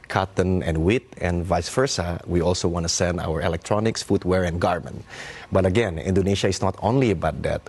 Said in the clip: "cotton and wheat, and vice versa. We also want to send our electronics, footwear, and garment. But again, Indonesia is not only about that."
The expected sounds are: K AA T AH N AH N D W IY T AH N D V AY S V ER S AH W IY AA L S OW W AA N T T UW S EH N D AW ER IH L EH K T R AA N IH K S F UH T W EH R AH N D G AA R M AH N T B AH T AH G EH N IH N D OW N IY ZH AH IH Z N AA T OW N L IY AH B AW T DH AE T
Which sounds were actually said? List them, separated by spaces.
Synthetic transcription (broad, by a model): K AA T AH N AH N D W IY T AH N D V AY S F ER S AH W IY AA L S OW W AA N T T UW S EH N D AW ER IH L EH K T R AA N IH K S F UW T W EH R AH N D G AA R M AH N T B AH T AH G EH N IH N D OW N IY SH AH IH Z N AA T OW N L IY AH B AW T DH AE T